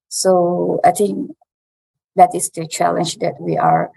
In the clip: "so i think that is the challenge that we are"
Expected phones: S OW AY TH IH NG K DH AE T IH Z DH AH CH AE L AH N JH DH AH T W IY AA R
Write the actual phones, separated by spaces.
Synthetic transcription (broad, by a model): S OW AY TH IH NG K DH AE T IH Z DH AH CH AE L AH N JH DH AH T W IY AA R